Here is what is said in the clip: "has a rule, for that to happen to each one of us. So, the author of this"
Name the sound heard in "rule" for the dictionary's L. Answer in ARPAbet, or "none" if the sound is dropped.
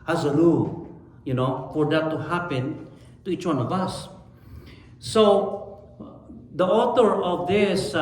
N